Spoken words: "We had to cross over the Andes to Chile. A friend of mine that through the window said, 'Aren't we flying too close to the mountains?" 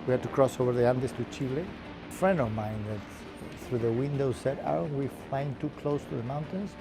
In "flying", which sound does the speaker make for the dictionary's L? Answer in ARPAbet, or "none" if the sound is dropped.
none